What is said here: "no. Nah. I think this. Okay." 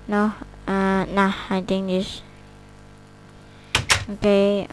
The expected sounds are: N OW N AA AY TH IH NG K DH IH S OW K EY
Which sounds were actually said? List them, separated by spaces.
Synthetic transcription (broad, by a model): N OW N AA AY T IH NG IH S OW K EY